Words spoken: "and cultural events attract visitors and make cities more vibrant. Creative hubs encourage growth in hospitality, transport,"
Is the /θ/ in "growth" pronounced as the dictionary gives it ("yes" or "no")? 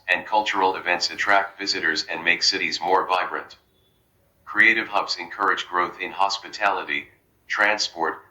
yes